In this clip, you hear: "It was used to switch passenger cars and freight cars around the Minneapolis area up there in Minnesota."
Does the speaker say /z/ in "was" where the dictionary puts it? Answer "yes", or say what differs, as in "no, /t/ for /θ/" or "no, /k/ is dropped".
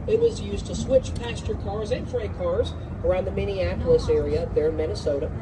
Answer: yes